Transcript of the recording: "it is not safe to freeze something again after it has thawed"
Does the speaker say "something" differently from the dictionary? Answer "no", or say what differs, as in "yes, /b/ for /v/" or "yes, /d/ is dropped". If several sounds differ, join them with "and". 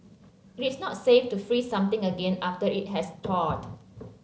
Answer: yes, /t/ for /θ/